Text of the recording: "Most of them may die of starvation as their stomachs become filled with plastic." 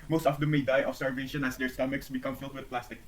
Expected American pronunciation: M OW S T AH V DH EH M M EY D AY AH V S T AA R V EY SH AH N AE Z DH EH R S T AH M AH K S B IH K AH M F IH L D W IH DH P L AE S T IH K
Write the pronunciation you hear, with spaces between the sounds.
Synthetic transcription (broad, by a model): M OW S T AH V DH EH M M EY D AY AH F S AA R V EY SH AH N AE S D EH R S T AH M AH K S B IH K AH M F IH L D W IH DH P L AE S T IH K